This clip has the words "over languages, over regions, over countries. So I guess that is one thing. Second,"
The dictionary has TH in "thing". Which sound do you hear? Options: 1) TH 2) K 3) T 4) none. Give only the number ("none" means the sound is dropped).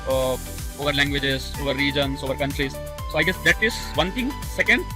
3